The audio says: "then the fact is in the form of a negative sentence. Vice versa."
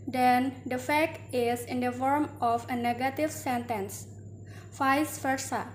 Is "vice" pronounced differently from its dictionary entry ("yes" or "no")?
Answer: yes